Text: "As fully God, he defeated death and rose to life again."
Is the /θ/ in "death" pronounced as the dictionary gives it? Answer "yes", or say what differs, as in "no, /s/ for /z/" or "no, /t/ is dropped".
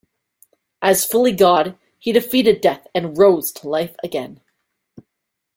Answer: yes